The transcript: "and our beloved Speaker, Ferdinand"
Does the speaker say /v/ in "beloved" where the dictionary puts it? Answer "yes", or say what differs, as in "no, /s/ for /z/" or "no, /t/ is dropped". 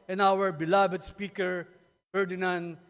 no, /b/ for /v/